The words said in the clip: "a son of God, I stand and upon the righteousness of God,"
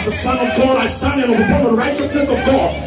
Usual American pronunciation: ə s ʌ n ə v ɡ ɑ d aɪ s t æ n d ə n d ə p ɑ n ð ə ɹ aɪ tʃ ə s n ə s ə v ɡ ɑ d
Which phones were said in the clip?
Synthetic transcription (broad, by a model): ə s ʌ n ə v ɡ ɑ d aɪ s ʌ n ə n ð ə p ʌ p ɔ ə ɹ aɪ tʃ ə s n ə s ə v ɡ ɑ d